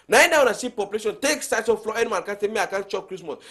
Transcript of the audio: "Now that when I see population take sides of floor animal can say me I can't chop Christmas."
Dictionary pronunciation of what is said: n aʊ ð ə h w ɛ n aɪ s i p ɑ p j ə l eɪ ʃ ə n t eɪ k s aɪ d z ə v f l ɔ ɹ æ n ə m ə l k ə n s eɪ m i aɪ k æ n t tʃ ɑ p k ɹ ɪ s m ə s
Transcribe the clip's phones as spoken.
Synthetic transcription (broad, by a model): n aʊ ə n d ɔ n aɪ s i p ɑ p j ə l eɪ ʃ ə n t eɪ k s aɪ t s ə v f l ɔ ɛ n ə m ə n k ə n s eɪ m i aɪ k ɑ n tʃ ɑ p k ɹ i s m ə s